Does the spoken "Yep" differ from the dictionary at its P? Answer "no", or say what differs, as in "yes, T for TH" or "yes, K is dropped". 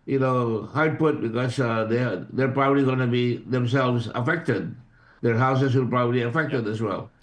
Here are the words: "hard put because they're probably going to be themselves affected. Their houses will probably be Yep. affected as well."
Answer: yes, P is dropped